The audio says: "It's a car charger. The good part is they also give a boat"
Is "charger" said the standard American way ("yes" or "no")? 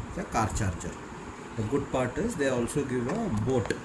no